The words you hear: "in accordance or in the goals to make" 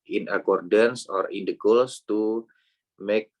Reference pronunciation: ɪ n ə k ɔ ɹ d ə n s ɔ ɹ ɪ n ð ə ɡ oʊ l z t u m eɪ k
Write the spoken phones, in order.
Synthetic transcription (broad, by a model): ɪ n ə k ɔ ɹ d ə n s ɔ ɹ ɪ n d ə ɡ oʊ l s t u m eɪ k